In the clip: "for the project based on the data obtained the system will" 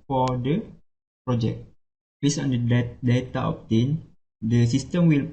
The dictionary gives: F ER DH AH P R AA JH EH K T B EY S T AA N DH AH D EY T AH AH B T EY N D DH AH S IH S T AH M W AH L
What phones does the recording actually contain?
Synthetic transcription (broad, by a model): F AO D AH P R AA JH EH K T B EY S AA N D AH D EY T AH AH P T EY N D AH S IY S T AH M W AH L